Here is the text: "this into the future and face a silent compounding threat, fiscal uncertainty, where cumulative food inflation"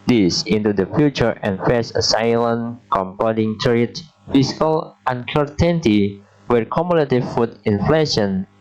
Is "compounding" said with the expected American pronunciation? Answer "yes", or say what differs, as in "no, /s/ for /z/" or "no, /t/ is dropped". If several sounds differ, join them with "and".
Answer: no, /n/ is dropped